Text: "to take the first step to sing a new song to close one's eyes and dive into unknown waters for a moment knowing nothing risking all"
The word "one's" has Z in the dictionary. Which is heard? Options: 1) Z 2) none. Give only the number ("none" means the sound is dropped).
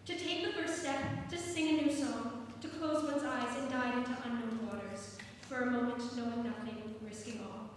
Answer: 1